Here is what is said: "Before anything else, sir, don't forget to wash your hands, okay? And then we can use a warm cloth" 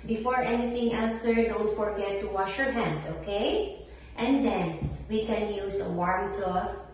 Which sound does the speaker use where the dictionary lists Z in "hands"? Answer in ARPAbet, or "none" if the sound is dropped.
S